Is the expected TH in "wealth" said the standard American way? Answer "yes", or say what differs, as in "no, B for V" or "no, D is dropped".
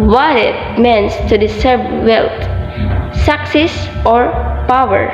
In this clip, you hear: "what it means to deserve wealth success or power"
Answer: no, T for TH